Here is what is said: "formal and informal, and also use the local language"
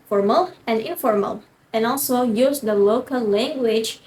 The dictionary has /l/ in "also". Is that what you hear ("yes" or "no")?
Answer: yes